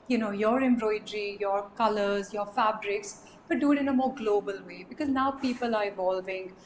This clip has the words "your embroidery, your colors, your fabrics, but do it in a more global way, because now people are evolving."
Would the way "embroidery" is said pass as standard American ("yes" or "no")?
yes